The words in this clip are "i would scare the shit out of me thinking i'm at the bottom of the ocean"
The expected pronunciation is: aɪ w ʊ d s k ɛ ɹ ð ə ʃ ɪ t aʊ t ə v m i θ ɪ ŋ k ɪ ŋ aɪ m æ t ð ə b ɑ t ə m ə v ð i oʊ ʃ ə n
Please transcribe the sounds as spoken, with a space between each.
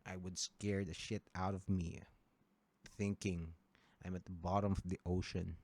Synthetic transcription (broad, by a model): aɪ w ʊ d s k ɛ ɹ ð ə ʃ ɪ t aʊ t ə v m i θ ɪ ŋ k ɪ ŋ aɪ m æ t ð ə b ɑ t ə m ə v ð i oʊ ʃ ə n